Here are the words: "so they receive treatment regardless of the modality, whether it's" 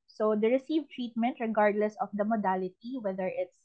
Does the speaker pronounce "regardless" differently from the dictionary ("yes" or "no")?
no